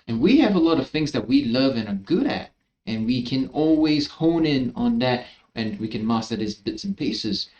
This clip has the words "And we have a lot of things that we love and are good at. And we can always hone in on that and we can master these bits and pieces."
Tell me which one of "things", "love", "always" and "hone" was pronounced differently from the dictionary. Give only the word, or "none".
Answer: none